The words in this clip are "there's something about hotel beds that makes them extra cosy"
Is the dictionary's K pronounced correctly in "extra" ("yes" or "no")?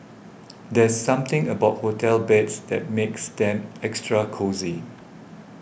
yes